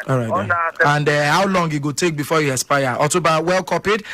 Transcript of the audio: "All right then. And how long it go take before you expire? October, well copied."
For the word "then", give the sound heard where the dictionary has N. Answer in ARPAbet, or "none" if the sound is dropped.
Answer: none